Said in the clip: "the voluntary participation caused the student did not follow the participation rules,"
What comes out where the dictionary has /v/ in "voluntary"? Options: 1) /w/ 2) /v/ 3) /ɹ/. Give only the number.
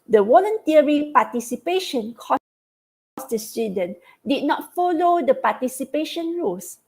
1